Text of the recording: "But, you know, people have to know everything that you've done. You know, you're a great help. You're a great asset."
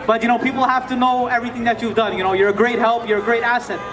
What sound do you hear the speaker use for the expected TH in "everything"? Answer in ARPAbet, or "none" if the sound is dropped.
TH